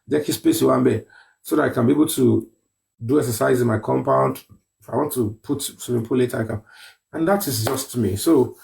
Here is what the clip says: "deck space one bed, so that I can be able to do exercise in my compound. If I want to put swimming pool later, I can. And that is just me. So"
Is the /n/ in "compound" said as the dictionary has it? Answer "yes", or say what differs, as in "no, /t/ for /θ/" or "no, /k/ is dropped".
yes